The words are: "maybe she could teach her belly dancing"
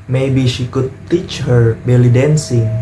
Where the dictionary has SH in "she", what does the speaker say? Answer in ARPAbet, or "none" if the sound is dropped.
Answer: SH